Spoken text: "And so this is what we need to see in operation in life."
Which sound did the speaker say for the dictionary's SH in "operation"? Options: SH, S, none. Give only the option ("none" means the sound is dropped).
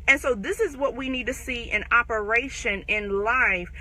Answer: SH